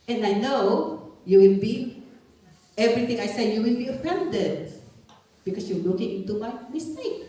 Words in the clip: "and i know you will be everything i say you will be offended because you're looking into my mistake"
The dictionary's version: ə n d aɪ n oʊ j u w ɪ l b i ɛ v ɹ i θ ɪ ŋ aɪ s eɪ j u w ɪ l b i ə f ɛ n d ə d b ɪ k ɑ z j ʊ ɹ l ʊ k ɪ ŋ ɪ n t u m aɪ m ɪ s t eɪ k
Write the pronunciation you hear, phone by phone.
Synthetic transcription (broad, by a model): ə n aɪ n oʊ j u w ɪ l b i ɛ v ɹ i t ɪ ŋ aɪ s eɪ j u w ɪ l b i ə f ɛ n d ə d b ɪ k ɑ s j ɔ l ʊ k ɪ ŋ ɪ n t u m aɪ m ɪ s t eɪ k